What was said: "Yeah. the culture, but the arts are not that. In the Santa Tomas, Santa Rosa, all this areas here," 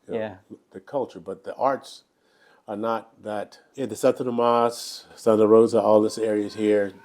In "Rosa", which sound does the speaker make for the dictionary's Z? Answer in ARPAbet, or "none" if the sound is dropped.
Z